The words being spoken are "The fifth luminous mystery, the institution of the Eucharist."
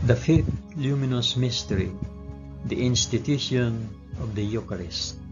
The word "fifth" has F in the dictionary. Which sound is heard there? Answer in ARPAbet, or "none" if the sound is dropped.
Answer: F